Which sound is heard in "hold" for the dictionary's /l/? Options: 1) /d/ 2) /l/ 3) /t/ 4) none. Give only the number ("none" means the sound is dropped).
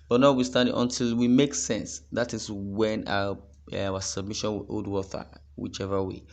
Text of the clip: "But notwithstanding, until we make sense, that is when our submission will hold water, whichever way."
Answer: 4